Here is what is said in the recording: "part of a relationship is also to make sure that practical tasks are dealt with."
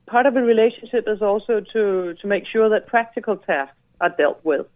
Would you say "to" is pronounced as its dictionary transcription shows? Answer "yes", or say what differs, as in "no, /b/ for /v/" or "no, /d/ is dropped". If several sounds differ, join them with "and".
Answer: no, /s/ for /t/